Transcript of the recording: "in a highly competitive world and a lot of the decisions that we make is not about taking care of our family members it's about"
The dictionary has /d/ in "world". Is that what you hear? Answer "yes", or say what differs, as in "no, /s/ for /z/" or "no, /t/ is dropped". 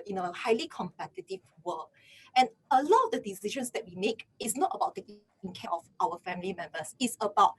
no, /d/ is dropped